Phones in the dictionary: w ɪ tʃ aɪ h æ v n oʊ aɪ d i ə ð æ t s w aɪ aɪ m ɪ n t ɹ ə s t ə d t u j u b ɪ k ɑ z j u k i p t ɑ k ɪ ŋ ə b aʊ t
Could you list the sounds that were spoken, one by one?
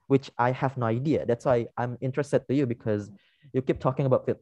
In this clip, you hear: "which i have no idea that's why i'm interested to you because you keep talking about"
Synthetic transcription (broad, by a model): w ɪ tʃ aɪ h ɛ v n oʊ aɪ d i ə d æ t s w aɪ aɪ m ɪ n t ɹ ə s t ə d t u j u b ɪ k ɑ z j u k i p t ɑ k ɪ ŋ ə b aʊ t